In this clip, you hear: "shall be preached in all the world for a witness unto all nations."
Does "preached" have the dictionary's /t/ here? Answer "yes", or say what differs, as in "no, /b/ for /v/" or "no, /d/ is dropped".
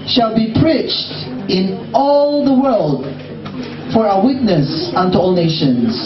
yes